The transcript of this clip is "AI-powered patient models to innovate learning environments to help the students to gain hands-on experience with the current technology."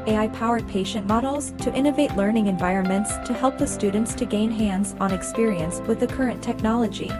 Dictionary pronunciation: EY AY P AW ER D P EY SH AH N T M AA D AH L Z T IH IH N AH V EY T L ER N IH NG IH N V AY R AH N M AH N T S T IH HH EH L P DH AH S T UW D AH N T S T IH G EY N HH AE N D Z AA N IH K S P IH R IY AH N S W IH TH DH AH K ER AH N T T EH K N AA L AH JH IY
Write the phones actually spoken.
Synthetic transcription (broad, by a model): EY AY P AW ER D P EY SH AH N M AA D L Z T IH IH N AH V EY T L ER N IH NG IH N V AY R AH N M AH N T S T IH HH EH L P DH AH S T UW D N T S T IH G EY N HH AE N D Z N IH K S P IH R IY AH N S W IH DH AH K ER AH N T T EH K N AA L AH JH IY